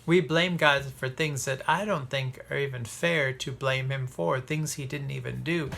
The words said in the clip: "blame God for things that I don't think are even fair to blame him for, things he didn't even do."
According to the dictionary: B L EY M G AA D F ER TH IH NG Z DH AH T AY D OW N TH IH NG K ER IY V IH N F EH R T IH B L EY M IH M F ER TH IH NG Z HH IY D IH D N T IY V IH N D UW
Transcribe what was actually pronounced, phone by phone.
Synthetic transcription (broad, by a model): B L EY M G AA D F ER TH IH NG Z DH AH T AY D OW N TH IH NG K ER IY V IH N F EH R T IH B L EY M IH M F ER TH IH NG Z HH IY D IH D N T IY V IH N D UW